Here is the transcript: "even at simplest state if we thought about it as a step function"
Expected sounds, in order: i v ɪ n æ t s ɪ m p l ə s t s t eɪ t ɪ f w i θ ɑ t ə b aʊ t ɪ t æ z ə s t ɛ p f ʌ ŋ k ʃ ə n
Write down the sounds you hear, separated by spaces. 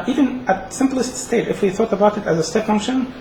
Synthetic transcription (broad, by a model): i v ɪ n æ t s ɪ m p l ə s t s t eɪ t ɪ f w i θ ɑ t ə b aʊ t ɪ t æ z ə s t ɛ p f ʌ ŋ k ʃ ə n